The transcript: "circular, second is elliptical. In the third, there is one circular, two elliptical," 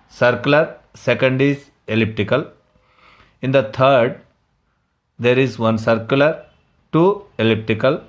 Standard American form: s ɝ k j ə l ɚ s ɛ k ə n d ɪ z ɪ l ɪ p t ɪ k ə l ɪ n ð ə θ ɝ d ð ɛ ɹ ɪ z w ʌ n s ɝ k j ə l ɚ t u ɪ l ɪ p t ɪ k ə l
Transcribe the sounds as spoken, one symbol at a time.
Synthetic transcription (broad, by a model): s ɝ k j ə l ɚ s ɛ k ə n d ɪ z ɪ l ɪ p t ɪ k ə l ɪ n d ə t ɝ d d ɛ ɹ ɪ z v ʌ n s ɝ k j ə l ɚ t u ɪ l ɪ p t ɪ k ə l